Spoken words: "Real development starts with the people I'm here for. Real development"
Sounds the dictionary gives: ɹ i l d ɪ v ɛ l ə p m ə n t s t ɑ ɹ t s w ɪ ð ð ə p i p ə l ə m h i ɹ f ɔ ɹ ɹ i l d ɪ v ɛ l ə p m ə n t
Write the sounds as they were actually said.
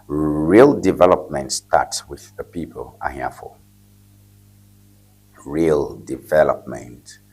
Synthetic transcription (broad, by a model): ɹ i l d ɪ v ɛ l ə p m ə n t s t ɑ t s w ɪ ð ð ə p i p ə l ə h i f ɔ l ɹ i l d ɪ v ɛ l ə p m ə n t